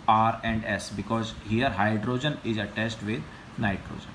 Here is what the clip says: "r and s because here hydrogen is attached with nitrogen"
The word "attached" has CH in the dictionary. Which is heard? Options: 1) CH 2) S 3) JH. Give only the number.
2